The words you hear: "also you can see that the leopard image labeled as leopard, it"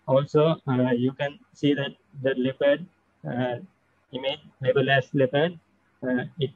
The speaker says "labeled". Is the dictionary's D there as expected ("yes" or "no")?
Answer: no